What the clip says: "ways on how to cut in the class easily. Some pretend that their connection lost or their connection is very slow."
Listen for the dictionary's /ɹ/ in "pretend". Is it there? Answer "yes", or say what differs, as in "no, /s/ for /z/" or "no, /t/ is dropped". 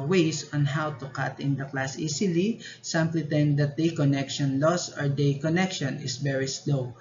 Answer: no, /l/ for /ɹ/